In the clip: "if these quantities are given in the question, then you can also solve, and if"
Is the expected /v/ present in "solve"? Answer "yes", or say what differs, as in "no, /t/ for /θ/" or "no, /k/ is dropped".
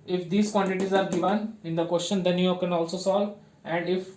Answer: yes